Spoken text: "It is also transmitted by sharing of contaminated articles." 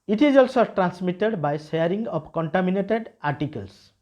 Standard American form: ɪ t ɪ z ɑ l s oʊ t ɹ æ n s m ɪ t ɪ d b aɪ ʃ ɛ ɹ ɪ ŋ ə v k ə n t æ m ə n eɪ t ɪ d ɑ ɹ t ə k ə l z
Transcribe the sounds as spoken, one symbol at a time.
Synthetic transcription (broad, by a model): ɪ t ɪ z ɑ l s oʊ t ɹ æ n s m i t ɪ d b aɪ s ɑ ɹ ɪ ŋ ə p k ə n t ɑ m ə n eɪ t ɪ d ɑ ɹ t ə k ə l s